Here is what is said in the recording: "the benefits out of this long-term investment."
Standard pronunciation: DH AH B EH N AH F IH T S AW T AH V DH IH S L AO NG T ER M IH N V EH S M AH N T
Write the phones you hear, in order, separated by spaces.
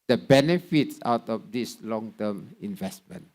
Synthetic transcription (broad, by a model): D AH B EH N AH F IH T S AW T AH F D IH S L AO NG T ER M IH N V EH S M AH N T